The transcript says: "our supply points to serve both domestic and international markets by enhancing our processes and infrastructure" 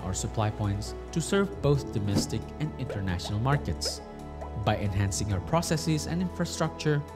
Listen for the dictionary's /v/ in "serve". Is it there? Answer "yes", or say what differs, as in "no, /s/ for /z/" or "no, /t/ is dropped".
yes